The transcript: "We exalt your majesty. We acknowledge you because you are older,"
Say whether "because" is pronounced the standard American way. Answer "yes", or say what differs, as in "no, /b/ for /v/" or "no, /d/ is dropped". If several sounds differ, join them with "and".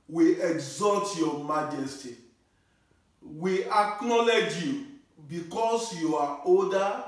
no, /s/ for /z/